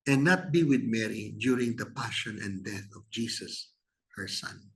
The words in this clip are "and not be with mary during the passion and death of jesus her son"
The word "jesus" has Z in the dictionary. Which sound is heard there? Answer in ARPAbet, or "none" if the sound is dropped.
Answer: S